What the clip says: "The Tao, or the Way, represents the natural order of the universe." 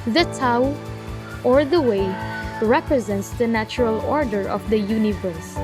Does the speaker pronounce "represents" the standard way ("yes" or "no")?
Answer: yes